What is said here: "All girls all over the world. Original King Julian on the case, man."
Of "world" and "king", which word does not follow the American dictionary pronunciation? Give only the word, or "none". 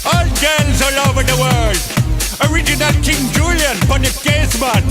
world